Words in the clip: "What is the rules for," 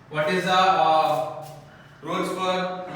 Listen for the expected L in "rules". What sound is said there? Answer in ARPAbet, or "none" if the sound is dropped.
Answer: none